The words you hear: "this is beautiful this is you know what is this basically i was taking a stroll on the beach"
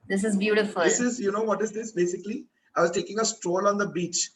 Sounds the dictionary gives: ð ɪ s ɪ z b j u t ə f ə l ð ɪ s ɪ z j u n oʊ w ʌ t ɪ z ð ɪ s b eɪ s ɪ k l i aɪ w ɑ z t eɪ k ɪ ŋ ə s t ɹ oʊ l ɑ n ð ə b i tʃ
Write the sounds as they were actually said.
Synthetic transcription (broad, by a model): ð ɪ s ɪ z b j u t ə f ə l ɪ s ɪ z j u n oʊ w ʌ t ɪ z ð ɪ s b eɪ s ɪ k l i aɪ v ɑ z t eɪ k ɪ ŋ ə s t ɹ oʊ l ɑ n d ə b i tʃ